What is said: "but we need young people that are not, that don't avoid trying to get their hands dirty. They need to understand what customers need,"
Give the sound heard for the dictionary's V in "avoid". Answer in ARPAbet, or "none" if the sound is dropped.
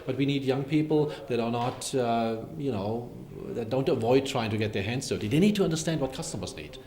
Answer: V